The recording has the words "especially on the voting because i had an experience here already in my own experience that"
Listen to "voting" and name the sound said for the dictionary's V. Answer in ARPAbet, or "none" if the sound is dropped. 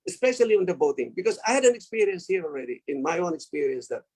B